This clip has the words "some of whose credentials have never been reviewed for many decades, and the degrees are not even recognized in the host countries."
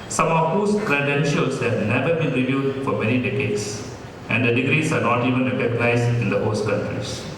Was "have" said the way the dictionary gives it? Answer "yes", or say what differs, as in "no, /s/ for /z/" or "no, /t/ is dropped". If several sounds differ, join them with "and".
yes